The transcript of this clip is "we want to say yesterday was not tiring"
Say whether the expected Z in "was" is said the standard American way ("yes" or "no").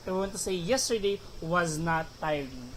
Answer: yes